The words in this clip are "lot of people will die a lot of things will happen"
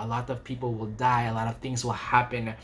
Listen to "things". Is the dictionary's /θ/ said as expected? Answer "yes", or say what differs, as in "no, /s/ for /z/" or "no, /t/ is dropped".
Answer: yes